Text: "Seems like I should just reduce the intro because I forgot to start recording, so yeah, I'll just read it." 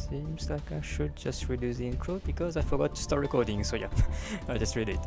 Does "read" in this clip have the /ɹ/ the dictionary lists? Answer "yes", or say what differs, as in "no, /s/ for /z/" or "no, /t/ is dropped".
yes